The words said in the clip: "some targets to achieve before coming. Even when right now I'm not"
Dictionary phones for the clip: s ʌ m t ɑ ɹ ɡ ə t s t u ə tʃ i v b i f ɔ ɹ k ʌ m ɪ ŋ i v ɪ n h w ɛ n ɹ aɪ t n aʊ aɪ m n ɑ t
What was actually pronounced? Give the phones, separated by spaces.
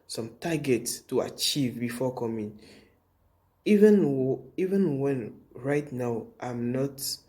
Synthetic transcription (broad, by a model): s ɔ m t ɑ ɡ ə t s t u ə tʃ i v b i f ɔ k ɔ m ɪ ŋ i v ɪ n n w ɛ n ɹ aɪ t n aʊ aɪ m n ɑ t